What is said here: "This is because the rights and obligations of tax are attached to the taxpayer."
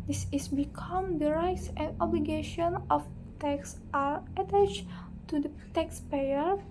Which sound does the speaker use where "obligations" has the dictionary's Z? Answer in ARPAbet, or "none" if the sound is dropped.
none